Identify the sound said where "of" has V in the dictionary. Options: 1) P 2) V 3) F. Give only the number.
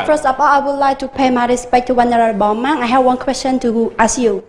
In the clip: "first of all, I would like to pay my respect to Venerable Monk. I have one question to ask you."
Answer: 1